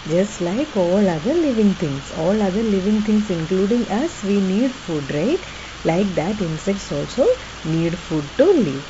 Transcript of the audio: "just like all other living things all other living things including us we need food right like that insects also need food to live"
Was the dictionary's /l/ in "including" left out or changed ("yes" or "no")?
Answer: no